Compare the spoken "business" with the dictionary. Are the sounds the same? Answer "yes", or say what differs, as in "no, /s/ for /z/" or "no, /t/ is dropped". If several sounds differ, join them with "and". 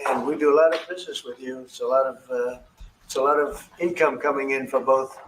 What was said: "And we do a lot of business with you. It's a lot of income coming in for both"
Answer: yes